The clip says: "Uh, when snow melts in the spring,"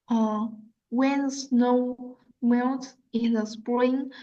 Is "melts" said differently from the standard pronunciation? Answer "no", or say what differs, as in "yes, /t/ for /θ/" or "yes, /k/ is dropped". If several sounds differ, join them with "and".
yes, /n/ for /l/ and /s/ is dropped